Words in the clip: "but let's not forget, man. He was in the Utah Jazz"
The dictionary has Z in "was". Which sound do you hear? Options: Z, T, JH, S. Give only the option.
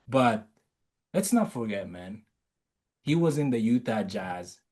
Z